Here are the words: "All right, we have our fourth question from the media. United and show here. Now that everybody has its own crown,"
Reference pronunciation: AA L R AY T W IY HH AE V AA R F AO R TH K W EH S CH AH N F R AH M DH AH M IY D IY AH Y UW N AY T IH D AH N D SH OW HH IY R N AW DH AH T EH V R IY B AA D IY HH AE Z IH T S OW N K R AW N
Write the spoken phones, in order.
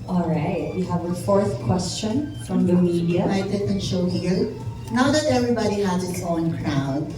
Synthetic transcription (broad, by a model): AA L R AY T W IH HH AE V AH F AO R TH K W EH S CH AH N F R AH M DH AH M IY D IY AH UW IH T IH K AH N SH OW HH IY R N AW DH AH T EH V R IY B AA D IY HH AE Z IH T S OW N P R AW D